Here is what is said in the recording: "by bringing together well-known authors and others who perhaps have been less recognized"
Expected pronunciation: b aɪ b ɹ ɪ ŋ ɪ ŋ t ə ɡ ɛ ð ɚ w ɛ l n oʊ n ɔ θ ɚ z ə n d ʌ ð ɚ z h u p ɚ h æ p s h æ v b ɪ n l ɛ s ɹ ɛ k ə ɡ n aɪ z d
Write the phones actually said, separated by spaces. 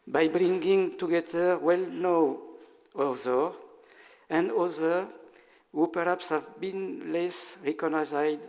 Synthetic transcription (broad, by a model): b aɪ b ɹ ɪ ŋ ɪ ŋ t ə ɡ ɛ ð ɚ w ɛ l n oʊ ɔ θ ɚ ə n d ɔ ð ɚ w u p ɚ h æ p s h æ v b ɪ n l ɛ s ɹ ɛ k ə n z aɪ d